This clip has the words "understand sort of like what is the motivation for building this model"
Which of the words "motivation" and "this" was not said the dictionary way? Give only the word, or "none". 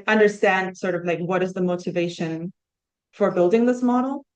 none